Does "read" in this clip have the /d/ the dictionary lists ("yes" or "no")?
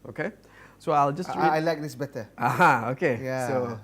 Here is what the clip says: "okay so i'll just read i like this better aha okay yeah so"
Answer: no